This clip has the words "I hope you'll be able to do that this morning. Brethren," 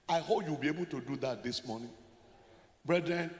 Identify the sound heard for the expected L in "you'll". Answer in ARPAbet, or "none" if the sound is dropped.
W